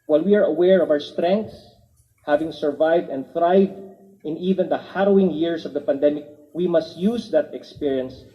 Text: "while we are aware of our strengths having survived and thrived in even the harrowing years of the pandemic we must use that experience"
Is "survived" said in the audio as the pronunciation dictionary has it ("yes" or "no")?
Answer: yes